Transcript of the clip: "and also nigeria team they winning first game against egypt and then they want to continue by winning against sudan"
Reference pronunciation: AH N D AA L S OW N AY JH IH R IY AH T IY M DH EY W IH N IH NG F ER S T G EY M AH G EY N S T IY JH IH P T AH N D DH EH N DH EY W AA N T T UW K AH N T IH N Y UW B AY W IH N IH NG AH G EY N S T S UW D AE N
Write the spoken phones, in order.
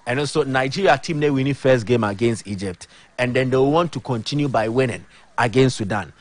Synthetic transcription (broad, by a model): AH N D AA S OW N AY JH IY R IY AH T IY M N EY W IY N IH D F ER S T G EY M AH G EY N S T IY JH IH P T AH N D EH N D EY W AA N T T UW K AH N T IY N Y UW B AY W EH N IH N AH G EY N S T S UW D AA N